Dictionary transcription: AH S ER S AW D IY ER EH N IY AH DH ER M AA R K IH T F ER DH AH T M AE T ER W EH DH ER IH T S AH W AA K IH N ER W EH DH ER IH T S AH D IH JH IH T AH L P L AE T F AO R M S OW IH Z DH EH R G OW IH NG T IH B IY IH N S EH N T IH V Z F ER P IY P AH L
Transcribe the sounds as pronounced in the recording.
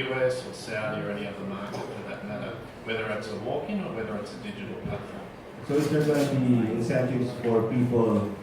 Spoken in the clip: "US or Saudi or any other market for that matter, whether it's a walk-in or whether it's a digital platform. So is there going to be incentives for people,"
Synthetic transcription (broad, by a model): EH S ER S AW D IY ER EH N IY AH DH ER M AA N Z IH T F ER DH AH T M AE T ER W EH DH ER IH T S AH W AA K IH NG ER W EH DH ER IH T S AH D IH JH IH T L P AE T AO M S OW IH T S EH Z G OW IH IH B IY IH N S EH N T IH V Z F ER P IY P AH